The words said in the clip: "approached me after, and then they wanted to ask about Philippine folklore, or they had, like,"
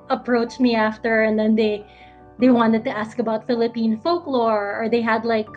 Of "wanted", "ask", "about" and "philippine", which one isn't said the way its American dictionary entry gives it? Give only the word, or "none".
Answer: none